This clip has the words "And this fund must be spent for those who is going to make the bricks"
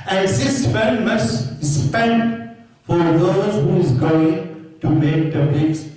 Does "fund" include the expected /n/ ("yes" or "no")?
no